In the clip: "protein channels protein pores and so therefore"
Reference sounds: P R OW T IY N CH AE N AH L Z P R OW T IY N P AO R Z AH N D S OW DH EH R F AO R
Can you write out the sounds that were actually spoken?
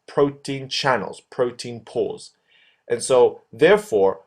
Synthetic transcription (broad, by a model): P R OW T IY N CH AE N L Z P R OW T IY N P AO L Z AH N S OW DH EH R F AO R